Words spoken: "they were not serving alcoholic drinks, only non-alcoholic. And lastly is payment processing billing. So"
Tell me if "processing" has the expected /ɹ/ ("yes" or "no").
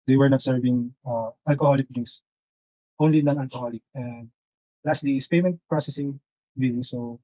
yes